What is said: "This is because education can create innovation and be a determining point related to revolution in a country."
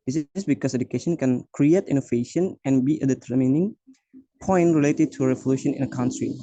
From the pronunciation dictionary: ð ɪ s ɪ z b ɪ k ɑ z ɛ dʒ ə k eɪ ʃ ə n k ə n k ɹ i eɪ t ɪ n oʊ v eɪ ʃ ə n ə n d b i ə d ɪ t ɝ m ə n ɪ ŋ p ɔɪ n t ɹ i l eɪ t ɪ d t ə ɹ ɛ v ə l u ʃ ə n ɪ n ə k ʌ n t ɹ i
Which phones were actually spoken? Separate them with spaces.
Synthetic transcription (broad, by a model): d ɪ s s b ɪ k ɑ s ɛ dʒ ə k eɪ ʃ ə n k ə n k ɹ i eɪ t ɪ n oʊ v eɪ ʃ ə n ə n b i ə d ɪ t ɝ m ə n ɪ ŋ p ɔɪ n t ɹ i l eɪ t ɪ d t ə ɹ ɛ v ə l u ʃ ə n ɪ n ə k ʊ n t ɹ i